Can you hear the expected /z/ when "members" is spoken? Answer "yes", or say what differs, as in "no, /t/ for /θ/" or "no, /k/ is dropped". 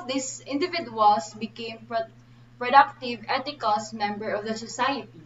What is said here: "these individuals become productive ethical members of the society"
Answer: no, /z/ is dropped